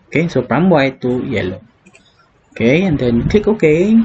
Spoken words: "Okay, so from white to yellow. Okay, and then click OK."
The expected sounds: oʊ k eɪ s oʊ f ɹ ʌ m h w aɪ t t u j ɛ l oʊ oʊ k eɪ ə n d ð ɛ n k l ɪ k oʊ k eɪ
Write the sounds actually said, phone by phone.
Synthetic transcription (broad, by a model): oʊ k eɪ s oʊ p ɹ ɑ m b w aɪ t t u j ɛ l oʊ oʊ k eɪ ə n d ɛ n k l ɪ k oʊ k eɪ